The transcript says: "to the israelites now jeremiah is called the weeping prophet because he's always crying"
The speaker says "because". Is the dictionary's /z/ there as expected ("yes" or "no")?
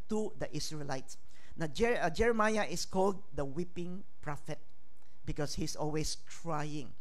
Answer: no